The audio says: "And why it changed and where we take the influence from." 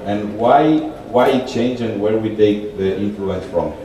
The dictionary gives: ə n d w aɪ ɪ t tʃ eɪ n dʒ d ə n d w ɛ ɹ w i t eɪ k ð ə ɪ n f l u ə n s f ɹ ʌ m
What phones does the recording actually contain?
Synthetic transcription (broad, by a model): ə n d w aɪ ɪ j tʃ eɪ n dʒ ə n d w ɛ ɹ w i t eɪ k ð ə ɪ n f l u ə n s f ɹ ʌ m